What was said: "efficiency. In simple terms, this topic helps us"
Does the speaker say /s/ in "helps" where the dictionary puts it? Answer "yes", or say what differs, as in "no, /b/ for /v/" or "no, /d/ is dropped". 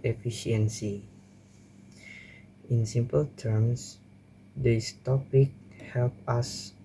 no, /s/ is dropped